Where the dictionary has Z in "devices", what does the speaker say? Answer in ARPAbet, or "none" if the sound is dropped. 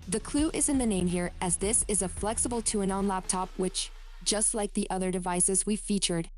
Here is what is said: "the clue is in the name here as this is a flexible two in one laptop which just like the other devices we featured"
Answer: Z